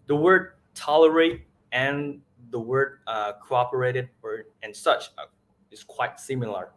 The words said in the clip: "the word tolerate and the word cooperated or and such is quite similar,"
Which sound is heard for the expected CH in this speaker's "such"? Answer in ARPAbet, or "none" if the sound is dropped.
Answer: CH